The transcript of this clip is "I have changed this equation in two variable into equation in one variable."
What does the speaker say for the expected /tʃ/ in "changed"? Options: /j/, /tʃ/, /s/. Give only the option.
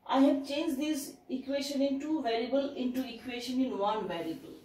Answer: /tʃ/